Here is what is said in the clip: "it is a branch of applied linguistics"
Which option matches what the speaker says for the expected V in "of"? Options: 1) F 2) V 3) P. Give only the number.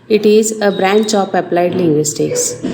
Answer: 3